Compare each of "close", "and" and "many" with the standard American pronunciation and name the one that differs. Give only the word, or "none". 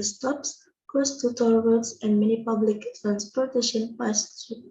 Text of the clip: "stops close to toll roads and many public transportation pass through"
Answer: close